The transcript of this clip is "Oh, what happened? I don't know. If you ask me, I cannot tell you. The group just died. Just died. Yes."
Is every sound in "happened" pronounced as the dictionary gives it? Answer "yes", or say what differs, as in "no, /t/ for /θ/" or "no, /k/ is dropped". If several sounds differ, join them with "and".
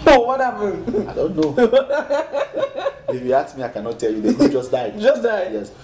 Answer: no, /d/ is dropped